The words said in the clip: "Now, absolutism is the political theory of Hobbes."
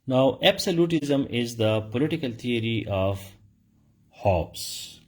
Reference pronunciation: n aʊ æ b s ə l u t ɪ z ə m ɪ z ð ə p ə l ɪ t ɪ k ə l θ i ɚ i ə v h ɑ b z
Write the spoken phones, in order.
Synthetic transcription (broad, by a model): n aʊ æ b s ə l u t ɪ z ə m ɪ z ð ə p ə l ɪ t ɪ k ə l t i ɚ i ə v h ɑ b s